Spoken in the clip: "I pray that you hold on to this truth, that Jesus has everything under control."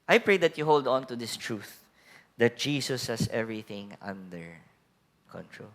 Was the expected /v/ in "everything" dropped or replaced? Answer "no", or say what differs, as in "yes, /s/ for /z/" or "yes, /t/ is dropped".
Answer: no